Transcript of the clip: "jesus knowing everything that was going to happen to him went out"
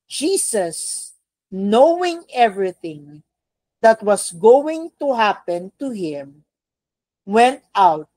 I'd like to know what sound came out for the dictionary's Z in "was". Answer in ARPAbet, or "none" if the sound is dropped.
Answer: S